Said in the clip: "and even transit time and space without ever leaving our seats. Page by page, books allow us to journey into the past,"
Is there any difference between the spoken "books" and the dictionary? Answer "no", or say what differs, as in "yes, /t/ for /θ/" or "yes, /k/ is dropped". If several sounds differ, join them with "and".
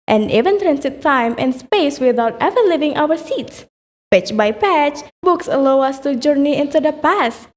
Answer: no